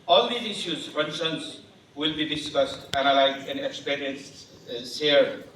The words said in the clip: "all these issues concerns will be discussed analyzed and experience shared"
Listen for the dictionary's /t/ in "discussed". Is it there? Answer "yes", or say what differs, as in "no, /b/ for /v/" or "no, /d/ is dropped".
yes